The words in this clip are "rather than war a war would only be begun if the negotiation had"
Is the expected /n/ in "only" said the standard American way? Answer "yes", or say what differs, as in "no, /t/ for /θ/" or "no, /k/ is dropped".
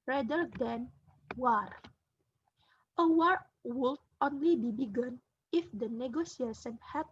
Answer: yes